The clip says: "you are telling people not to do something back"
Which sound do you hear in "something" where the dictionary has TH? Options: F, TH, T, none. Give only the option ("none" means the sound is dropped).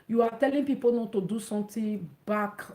T